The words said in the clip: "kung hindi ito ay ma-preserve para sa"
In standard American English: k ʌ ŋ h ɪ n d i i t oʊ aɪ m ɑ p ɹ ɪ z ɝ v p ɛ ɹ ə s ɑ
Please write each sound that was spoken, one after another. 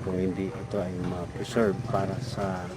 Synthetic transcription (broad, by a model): k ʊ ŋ h ɪ n d i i t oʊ aɪ m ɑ p ɹ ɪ s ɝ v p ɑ ɹ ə s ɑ